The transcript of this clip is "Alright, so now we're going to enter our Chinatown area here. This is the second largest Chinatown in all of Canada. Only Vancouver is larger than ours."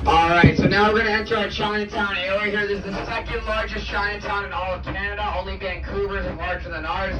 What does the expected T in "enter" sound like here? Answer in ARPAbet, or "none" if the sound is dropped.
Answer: S